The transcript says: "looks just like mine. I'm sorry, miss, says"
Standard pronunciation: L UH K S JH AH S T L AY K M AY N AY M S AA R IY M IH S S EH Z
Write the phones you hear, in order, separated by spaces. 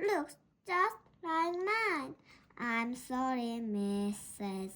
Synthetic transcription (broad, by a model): L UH K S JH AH S T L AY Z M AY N AY M S AA R IY M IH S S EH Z